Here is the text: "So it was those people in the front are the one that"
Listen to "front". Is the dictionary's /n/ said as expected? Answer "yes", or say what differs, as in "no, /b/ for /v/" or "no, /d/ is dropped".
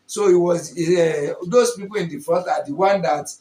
no, /n/ is dropped